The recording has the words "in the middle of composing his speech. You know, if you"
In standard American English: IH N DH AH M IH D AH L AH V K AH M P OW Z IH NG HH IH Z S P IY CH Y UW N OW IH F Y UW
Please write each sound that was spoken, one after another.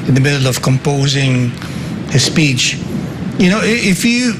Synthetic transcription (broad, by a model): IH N DH AH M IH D L AH V K AH M P OW Z IH NG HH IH S P IY CH Y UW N OW IH F Y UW